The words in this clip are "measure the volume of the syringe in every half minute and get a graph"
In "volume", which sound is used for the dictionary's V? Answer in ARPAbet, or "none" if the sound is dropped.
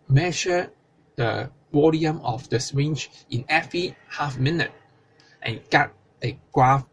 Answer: W